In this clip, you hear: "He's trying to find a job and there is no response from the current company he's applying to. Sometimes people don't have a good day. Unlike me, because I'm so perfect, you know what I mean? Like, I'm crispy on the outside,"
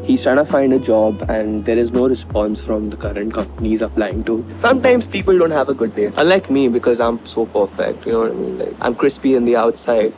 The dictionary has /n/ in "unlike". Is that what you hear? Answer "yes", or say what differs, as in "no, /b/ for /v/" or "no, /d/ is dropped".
no, /n/ is dropped